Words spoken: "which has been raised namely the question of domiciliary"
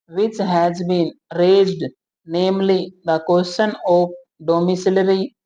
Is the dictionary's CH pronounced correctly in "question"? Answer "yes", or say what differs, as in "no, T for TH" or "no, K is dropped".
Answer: no, SH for CH